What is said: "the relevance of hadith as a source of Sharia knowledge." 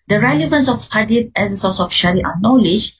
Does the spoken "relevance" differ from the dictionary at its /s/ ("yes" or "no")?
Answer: no